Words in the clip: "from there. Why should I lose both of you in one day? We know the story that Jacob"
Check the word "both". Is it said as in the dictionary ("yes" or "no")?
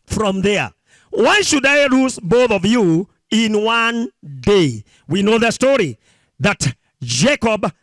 yes